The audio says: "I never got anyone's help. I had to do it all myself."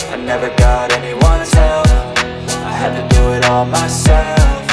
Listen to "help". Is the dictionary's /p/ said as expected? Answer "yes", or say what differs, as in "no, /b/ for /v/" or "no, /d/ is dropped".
no, /f/ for /p/